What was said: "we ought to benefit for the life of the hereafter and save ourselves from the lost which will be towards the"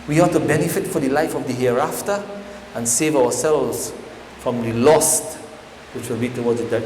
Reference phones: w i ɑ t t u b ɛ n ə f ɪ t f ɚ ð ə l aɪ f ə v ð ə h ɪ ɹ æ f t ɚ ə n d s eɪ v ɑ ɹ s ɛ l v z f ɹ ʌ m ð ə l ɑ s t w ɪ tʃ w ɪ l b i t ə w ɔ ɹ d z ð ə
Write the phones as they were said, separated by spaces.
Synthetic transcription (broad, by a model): w i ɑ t t u b ɛ n ə f ɪ t f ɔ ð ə l aɪ f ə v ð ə h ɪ ɹ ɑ f t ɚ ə n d s eɪ v ɑ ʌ s ɛ l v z f ɹ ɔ m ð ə l ɑ s t w ɪ tʃ w ɪ l b i t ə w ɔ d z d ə